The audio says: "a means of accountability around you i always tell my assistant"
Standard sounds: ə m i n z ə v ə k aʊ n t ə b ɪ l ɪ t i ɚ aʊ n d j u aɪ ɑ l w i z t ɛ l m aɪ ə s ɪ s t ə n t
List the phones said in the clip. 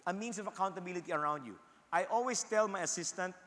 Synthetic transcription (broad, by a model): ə m i n s ə v ə k aʊ n t ə b ɪ l ɪ t i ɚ aʊ n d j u aɪ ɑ l w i s t ɛ l m aɪ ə s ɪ s t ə n t